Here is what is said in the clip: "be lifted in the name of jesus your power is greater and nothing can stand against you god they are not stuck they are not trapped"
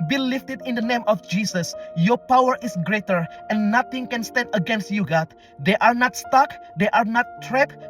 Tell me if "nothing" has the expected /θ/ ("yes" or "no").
no